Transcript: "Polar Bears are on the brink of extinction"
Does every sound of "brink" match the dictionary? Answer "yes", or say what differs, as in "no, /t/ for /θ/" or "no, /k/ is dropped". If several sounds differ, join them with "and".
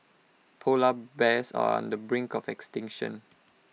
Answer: yes